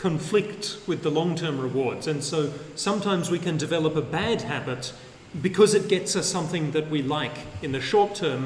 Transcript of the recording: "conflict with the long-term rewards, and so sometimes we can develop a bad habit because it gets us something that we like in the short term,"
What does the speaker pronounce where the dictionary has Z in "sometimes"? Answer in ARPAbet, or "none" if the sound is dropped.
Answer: Z